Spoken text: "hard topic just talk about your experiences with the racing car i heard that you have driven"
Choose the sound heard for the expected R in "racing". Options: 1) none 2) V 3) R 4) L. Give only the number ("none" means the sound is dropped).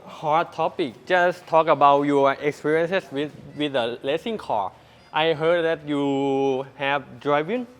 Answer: 4